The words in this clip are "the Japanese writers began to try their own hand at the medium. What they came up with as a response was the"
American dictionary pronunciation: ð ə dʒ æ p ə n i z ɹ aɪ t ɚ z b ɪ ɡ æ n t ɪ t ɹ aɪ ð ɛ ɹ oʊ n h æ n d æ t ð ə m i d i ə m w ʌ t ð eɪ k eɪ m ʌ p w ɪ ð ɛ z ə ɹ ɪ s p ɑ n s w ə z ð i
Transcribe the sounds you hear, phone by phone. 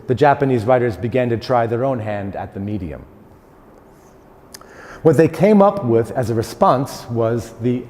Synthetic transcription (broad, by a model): ð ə dʒ æ p ə n i z ɹ aɪ t ɚ z b ɪ ɡ æ n t ɪ t ɹ aɪ ð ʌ ɹ oʊ n h æ n d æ t ð ə m i d i ə m w ʌ t ð eɪ k eɪ m ʌ p w ɪ ð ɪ z ə ɹ ɪ s p ɑ n s w ə z ð i